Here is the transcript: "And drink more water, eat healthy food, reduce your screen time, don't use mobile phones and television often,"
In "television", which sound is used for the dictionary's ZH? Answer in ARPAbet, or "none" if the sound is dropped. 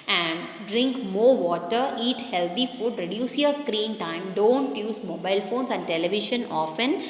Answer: SH